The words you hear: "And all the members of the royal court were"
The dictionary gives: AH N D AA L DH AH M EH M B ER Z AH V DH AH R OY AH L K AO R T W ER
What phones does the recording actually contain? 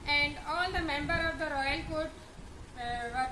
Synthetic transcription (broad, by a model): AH N D AA L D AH M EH M B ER AH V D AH R OY AH L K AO R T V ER